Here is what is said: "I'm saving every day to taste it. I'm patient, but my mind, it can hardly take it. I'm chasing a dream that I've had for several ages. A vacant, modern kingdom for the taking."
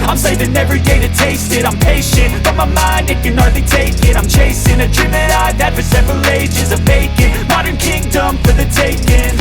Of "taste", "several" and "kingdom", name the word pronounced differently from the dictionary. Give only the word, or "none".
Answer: none